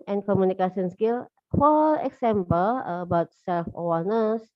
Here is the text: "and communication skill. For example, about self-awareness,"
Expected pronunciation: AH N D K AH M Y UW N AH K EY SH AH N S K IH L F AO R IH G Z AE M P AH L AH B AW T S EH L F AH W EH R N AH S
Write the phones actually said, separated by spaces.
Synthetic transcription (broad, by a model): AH N K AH M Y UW N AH K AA S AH N S K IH L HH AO L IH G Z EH M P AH L AH B AW T S EH L F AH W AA N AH S